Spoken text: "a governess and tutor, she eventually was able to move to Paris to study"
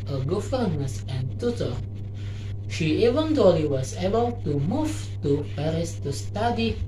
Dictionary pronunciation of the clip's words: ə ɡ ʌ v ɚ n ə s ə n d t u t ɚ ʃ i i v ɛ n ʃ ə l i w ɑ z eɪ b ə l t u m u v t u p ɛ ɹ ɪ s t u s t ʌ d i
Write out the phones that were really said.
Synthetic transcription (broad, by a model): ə ɡ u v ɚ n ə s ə n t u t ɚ ʃ i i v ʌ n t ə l i w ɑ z eɪ b ə l t u m u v t u p ɛ ɹ ɪ s t u s t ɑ d i